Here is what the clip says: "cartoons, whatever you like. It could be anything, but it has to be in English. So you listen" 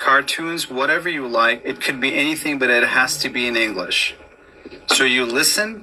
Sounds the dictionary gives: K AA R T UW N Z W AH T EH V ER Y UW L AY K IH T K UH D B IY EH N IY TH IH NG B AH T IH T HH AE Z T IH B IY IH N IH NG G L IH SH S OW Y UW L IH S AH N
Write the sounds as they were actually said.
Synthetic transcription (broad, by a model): K AA R T UW N Z W AH T EH V ER Y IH L AY K IH T K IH D B IY EH N IY TH IH NG B AH T IH T HH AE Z T IH B IY IH N IH NG G L IH SH S OW Y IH L IH S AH N